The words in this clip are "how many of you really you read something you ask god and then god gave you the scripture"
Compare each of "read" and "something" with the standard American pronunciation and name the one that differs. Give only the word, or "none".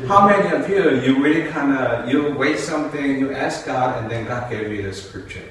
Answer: read